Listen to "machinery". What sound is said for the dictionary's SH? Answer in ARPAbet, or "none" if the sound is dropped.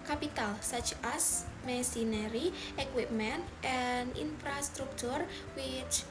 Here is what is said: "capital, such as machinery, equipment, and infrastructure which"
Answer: S